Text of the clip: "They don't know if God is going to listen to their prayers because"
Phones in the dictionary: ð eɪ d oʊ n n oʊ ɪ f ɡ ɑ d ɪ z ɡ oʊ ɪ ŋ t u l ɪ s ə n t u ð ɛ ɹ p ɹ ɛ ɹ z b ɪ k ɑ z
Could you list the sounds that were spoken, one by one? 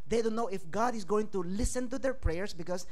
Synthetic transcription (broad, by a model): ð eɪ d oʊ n n oʊ ɪ f ɡ ɑ d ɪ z ɡ oʊ ɪ ŋ t u l ɪ s ə n t u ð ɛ ɹ p ɹ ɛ ɹ s b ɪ k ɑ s